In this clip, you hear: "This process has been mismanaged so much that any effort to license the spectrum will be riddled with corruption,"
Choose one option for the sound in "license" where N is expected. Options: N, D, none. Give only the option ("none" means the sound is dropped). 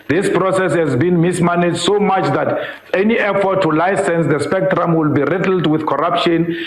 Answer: N